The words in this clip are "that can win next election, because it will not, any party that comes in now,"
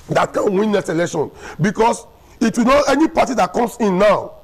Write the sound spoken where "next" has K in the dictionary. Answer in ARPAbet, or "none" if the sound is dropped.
none